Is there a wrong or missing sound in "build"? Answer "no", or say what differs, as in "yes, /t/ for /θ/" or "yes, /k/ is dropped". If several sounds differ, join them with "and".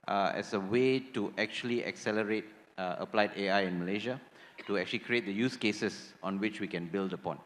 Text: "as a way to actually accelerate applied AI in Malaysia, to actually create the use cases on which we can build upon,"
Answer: no